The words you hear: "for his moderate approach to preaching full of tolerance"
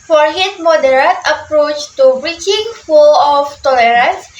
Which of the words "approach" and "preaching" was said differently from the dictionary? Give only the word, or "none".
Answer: preaching